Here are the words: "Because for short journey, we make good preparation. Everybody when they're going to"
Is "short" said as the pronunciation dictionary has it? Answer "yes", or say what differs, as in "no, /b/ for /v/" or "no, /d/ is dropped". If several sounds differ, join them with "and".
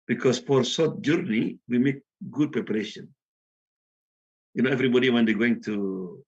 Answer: no, /s/ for /ʃ/